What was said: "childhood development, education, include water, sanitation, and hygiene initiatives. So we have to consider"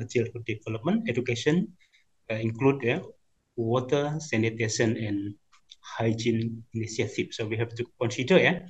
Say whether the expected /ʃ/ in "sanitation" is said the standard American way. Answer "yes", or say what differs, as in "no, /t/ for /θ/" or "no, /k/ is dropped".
no, /s/ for /ʃ/